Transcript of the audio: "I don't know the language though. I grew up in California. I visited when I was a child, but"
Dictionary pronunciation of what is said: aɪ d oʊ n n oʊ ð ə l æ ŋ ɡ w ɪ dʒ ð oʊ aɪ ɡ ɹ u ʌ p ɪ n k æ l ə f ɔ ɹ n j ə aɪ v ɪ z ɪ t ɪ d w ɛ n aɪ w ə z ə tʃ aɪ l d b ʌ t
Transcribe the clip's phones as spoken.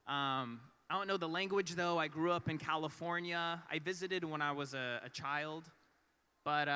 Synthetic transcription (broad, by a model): aɪ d oʊ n n oʊ ð ə l æ ŋ ɡ w ɪ dʒ ð oʊ aɪ ɡ ɹ u ʌ p ɪ n k æ l ə f ɔ ɹ n j ə aɪ v ɪ z ɪ t ɪ d w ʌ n aɪ w ə z ə tʃ aɪ l d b ʌ t